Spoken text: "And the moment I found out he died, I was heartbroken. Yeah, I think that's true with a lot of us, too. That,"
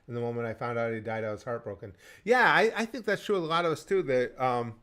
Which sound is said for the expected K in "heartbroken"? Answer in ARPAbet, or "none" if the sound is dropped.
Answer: K